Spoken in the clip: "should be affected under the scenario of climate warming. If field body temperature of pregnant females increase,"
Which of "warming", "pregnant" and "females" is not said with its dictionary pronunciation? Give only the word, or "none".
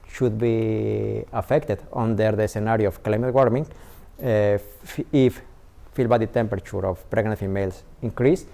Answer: females